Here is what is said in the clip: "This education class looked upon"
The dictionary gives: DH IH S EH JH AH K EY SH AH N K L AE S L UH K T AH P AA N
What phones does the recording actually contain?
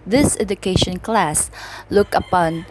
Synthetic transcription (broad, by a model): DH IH S EH JH AH K EY SH AH N K L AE S L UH K AH P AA N